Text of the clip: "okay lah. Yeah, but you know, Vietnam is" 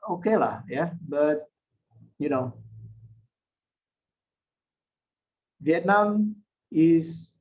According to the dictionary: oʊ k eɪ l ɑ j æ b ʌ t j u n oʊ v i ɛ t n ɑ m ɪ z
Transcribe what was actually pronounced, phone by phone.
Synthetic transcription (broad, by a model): oʊ k eɪ l ɑ j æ b ʌ t j u n oʊ v i ɛ t n ɑ m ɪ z